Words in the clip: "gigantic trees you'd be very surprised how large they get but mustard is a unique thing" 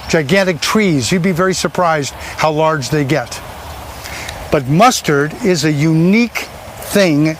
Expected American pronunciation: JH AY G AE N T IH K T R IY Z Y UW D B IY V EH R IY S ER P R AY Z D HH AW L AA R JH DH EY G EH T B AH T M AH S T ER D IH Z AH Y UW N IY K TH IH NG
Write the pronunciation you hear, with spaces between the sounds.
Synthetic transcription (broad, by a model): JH AY G AE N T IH K T R IY Z Y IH D B IY V EH R IY S ER P R AY Z D HH AW L AA R JH DH EY G EH T B AH T M AH S T ER D IH Z AH Y UW N IY K TH IH NG